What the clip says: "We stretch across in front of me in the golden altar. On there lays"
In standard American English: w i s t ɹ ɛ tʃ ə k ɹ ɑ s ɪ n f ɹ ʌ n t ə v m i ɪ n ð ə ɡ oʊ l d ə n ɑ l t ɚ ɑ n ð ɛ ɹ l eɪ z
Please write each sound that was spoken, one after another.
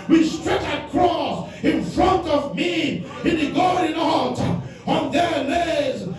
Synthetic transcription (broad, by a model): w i s t ɹ ɛ tʃ ə k ɹ ɑ s ɪ n f ɹ ʌ n t ə v m i ɪ n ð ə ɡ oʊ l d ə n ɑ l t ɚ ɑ n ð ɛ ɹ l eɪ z